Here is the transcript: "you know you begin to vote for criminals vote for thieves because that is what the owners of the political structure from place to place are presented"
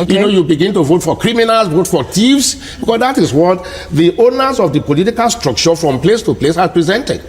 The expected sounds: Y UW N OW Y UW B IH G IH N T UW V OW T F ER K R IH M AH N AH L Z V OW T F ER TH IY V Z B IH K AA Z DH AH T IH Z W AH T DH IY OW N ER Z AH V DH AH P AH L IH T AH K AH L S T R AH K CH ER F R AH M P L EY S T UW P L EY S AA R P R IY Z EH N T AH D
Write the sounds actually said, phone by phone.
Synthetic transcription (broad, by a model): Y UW N OW Y UW B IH G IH N T UW V OW T F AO K R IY M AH N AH L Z V OW T F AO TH IY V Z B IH K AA S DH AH T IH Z W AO T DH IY OW N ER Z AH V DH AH P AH L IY T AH K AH L S T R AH K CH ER F R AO M P L EY S T UW P L EY S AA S P R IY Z EH N T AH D